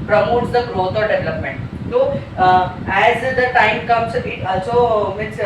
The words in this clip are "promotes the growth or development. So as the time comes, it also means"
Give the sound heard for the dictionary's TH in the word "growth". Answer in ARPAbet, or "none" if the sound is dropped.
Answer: T